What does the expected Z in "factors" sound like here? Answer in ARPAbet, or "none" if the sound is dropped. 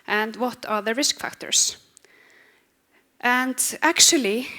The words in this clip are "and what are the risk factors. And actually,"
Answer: S